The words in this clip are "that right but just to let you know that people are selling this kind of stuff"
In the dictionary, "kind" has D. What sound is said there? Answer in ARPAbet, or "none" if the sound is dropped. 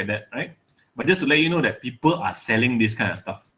none